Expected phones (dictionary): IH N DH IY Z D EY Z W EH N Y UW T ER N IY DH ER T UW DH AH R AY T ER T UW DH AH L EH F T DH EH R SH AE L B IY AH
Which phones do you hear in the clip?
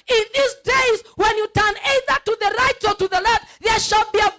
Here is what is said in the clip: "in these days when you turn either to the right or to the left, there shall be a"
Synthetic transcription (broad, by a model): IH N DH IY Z D EY Z W EH N Y UW T ER N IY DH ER T UW DH AH R AY T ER T UW DH AH L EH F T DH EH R SH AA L B IY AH